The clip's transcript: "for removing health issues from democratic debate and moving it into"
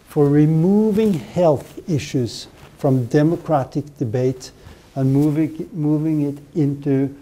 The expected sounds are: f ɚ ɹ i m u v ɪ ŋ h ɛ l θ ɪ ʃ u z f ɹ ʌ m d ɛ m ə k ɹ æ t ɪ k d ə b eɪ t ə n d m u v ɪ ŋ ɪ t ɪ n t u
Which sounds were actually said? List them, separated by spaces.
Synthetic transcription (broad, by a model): f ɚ ɹ i m u v ɪ ŋ h ɛ l θ ɪ ʃ u z f ɹ ʌ m d ɛ m ə k ɹ æ t ɪ k d ə b eɪ t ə n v m u v ɪ ŋ ɪ t ɪ n t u